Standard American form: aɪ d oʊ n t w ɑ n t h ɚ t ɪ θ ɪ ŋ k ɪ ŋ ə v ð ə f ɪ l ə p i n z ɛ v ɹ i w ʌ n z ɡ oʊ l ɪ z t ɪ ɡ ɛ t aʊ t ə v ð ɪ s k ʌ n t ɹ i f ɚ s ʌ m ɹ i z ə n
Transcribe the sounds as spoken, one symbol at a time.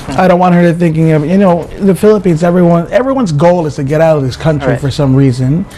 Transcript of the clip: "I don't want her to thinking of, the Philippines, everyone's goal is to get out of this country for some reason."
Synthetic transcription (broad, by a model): aɪ d oʊ n t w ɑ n h ɚ t ɪ θ ɪ ŋ k ɪ ŋ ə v ð ə f ɪ l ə p i n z ɛ v ɹ i w ʌ n z ɡ oʊ l ɪ z t ɪ ɡ ɛ t aʊ t ə v ð ɪ s k ʌ n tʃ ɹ i f ɚ s ʌ m ɹ i z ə n